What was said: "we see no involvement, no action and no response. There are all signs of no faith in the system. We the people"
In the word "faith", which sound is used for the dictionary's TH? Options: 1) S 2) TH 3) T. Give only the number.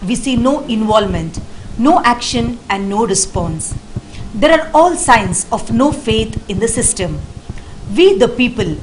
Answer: 3